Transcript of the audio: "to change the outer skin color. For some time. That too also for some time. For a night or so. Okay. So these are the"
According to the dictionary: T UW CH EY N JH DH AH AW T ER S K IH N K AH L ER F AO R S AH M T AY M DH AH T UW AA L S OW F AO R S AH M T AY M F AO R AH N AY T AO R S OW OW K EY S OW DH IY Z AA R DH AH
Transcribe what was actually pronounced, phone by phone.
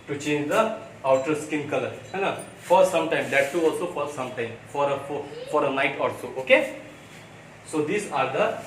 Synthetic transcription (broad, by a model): T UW CH EY N JH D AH AW T ER S K IH N K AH L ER F AO R S AH M T AY M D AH T UW AA L S OW F AO R S AH M T AY M F AO R AH N AY T AO L S OW OW K EY S OW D IY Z AA R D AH